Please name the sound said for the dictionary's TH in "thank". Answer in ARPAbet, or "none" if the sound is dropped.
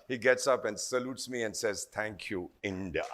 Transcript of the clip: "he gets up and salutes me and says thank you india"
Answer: T